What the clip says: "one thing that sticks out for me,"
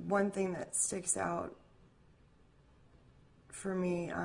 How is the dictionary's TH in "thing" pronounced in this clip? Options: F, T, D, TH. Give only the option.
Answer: TH